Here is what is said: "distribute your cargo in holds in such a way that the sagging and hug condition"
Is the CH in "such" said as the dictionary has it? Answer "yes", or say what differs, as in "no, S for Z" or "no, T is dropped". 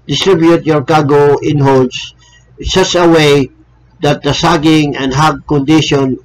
no, S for CH